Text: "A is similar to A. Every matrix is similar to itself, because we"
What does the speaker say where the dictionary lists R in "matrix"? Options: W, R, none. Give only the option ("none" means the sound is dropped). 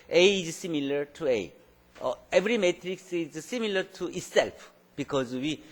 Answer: R